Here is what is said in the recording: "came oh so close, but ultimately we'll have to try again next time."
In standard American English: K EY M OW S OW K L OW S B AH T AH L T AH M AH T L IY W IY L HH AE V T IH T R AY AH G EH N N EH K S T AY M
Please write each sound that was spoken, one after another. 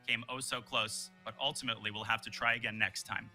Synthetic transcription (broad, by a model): K EY M OW S OW K L OW S B AH T AH L T AH M AH T L IY W IY L HH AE F T IH T R AY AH G EH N N EH K S T AY M